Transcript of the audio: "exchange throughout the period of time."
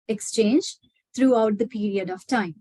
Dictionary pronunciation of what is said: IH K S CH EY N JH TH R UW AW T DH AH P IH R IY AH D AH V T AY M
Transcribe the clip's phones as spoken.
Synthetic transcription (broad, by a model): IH K S CH EY N JH T R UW AW T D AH P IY R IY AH D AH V T AY M